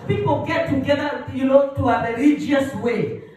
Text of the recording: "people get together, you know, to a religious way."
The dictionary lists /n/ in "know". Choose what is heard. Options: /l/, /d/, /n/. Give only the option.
/l/